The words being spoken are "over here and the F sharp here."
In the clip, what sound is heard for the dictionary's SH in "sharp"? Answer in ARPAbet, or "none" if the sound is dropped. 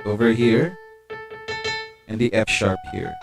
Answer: SH